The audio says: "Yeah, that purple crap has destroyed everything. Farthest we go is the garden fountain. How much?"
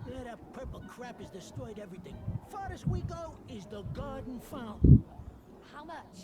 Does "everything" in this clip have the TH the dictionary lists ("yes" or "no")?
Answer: yes